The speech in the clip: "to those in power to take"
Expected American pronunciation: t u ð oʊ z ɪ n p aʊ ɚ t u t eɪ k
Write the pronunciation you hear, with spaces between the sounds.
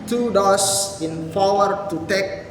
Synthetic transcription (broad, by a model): t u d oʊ s ɪ n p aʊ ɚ t u t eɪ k